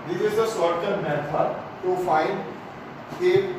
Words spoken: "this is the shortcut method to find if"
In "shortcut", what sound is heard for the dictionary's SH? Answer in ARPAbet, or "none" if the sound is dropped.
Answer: S